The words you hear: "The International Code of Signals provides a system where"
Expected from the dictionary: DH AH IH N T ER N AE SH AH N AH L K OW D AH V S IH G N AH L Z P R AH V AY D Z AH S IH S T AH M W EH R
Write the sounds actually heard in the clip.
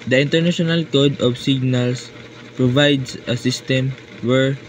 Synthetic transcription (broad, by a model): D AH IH N T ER N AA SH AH N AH L K OW D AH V S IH G N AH L S P R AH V AY D S AH S IH S T AH M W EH R